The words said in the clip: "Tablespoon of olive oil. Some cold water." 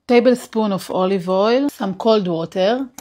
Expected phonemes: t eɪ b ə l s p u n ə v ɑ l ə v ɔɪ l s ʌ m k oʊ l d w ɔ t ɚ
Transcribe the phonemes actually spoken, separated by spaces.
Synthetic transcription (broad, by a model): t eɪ b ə l s p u n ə f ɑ l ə v ɔɪ l s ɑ m k oʊ l d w ɔ t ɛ